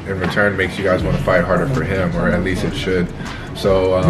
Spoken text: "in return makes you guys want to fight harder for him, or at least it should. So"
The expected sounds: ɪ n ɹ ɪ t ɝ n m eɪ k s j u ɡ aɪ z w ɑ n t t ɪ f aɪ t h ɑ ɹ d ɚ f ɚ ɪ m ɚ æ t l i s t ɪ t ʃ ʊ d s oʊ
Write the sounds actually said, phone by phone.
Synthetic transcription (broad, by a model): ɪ n ɹ ɪ t ɝ n m eɪ k s j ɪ ɡ aɪ z w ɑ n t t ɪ f aɪ t h ɑ ɹ d ɚ f ɚ ɪ m ɚ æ t l i s t ɪ t ʃ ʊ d s oʊ